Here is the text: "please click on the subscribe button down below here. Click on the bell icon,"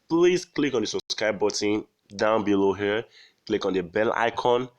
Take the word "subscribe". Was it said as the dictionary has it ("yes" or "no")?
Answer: no